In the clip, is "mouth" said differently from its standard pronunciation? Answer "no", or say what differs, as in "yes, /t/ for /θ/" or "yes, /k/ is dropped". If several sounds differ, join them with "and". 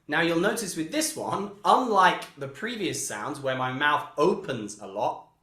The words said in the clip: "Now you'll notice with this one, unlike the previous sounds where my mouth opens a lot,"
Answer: no